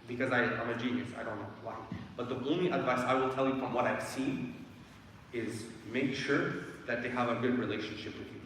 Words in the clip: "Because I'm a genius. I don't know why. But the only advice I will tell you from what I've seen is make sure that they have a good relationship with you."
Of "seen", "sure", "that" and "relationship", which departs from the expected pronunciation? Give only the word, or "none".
seen